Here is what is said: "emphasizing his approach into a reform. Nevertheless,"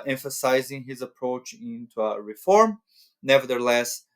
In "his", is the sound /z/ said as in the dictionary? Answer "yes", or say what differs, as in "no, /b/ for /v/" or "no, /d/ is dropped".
yes